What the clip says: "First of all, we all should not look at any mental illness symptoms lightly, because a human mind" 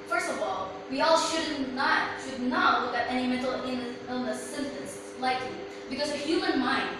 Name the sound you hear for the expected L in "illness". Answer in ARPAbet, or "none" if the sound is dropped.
N